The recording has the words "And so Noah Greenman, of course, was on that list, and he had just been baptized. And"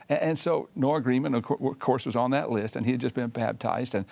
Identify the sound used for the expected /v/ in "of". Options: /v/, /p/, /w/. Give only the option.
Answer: /w/